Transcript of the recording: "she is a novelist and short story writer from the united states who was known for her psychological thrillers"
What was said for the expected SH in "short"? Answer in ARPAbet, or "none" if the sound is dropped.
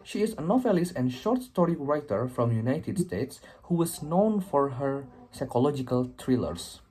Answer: SH